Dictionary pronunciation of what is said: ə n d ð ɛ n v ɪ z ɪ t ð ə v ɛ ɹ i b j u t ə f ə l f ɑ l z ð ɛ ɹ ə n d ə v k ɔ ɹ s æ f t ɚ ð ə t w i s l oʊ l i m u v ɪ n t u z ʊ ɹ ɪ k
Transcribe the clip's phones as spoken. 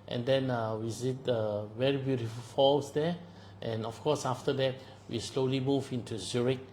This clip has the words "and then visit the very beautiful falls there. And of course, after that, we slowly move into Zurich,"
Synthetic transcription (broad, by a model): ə n d ɛ n w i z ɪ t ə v ɛ ɹ i b j u t ə f ə l f ɑ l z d ɛ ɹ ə n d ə f k ɔ s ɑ f t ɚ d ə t w i s l oʊ l i m u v ɪ n t u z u ɹ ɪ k